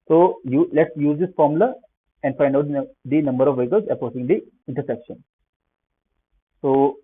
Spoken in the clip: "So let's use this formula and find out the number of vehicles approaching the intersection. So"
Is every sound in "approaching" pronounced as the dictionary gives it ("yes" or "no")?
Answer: no